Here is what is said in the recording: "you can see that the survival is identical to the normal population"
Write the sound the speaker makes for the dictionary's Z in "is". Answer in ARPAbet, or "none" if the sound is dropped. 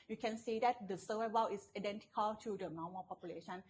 S